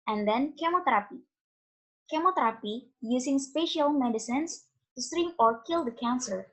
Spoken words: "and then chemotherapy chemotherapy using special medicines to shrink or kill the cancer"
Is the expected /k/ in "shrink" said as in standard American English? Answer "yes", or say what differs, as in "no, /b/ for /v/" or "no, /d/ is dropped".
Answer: no, /k/ is dropped